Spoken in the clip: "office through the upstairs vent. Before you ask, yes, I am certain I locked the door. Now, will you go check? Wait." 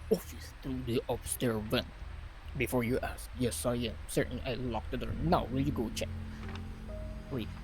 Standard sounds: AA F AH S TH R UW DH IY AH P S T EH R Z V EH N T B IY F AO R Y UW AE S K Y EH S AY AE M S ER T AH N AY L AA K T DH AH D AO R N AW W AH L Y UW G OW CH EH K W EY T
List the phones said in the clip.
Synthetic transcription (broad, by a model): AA F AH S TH R UW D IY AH B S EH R V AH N B IY F AO R Y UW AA S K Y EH S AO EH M S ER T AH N AY L AA K T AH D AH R N AW W AH L Y UW G OW CH EH K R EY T